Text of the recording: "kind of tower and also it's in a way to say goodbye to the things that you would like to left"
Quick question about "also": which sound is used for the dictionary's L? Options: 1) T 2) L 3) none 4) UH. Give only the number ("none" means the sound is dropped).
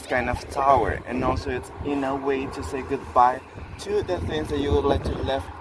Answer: 2